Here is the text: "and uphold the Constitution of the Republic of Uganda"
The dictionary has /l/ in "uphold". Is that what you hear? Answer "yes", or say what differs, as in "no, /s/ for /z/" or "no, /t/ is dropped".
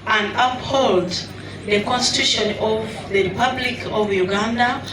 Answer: yes